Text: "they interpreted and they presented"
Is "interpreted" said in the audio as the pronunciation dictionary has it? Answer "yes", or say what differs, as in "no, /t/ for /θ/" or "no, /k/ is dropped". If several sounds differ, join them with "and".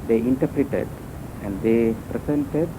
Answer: yes